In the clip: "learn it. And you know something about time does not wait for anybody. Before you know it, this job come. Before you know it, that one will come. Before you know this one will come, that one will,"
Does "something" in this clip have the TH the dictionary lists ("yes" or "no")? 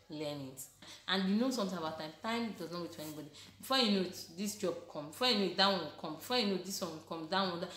no